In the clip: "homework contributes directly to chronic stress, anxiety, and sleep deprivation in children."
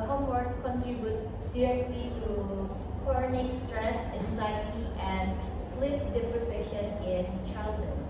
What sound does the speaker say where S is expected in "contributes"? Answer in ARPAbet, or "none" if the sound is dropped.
none